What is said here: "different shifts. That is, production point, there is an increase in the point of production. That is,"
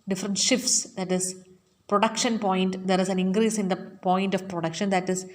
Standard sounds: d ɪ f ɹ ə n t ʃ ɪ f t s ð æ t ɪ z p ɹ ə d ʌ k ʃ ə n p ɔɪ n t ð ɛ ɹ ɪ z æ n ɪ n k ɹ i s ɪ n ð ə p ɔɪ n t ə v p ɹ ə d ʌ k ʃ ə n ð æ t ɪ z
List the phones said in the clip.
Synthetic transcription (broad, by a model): d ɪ f ɹ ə n t ʃ ɪ f t s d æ t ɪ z p ɹ ə d ʌ k ʃ ə n p ɔɪ n t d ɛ ɹ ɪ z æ n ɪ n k ɹ i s ɪ n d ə p ɔɪ n t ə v p ɹ ə d ʌ k ʃ ə n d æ t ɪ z